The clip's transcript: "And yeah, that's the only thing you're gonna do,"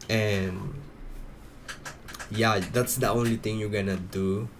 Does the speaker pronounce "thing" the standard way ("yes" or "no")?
no